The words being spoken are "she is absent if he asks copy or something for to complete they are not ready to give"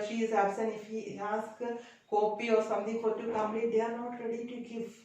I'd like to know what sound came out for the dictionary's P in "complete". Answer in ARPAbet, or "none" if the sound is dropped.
none